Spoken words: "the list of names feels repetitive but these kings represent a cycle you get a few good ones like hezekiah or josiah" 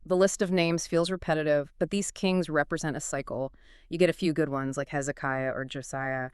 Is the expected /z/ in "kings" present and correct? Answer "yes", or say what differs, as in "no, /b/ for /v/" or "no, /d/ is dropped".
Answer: yes